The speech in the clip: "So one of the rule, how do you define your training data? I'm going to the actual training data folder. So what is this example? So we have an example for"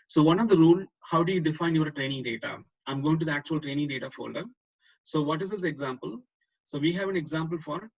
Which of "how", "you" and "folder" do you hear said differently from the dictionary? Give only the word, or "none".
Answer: none